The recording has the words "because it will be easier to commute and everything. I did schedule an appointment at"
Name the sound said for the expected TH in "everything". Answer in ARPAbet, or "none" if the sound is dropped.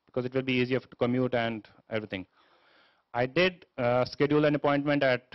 T